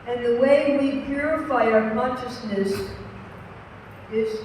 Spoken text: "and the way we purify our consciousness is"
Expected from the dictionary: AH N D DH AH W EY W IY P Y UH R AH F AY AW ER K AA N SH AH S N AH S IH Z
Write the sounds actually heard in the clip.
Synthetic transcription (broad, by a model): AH N DH AH W EY W IY P Y UH R AH F AY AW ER K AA N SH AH S N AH S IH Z